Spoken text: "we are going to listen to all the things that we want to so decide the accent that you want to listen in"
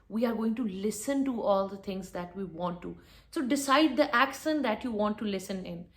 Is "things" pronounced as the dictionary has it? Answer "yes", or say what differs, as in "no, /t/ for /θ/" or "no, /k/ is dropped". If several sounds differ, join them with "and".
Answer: no, /t/ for /θ/